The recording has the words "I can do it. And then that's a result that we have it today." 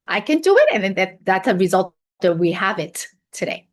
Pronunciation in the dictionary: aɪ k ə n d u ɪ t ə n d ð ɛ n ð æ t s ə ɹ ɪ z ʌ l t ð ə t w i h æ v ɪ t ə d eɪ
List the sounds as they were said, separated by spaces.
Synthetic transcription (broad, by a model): aɪ k ə n d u ɪ t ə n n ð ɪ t ð æ t s ə ɹ ɪ z ʌ l t ð ə t w i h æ v ɪ t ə d eɪ